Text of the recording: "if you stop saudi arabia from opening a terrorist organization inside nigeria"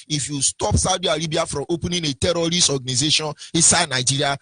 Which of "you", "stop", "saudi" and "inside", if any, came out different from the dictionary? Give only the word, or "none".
inside